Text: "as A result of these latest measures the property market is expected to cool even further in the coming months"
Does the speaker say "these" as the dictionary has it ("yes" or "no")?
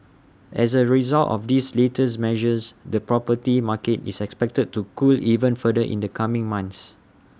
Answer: no